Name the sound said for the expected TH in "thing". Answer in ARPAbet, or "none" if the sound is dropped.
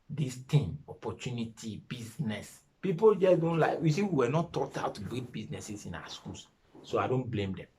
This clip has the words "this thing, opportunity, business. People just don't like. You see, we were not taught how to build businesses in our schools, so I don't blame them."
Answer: T